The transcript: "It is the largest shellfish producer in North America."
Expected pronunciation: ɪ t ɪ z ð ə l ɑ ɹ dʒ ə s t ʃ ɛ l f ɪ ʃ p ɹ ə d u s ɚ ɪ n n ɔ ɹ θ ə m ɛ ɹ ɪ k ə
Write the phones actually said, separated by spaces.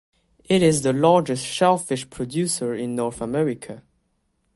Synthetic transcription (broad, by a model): ɪ t ɪ z ð ə l ɑ ɹ dʒ ə s t ʃ ɛ l f ɪ ʃ p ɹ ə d u s ɚ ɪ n n ɔ ɹ θ ə m ɛ ɹ ɪ k ə